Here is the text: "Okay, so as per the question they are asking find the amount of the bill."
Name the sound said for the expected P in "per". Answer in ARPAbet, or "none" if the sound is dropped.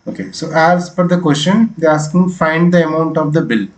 F